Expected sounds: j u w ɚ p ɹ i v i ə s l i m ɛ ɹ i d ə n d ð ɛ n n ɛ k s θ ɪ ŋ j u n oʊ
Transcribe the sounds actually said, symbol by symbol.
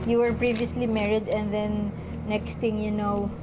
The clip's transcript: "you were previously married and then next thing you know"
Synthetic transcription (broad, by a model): j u w ɚ p ɹ i v i ə s l i m ɛ ɹ i d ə n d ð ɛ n n ɛ k s t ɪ ŋ j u n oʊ